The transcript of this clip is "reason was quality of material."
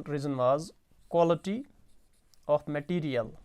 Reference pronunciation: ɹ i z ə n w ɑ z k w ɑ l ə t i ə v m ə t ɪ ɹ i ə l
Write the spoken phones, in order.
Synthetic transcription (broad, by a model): ɹ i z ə n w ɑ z k w ɑ l ə t i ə p m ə t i ɹ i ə l